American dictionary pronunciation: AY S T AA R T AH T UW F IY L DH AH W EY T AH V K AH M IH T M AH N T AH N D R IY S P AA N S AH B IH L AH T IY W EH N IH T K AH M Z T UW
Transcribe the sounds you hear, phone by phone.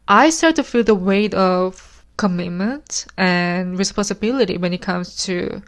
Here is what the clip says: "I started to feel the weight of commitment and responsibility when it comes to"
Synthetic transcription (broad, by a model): AY S T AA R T T UW F IY L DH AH W EY T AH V K AH M IH T M AH N T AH N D R IY S P AA N S AH B IH L AH T IY W EH N IH T K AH M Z T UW